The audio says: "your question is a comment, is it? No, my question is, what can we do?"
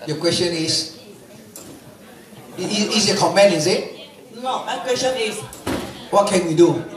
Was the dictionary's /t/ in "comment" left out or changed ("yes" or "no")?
yes